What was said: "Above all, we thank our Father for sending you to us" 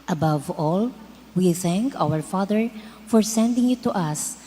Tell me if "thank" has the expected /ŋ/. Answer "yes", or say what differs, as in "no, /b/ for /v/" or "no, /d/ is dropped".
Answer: yes